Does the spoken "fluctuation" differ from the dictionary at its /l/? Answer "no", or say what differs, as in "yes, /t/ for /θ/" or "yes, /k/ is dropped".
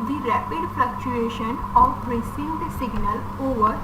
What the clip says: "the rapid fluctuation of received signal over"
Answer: yes, /l/ is dropped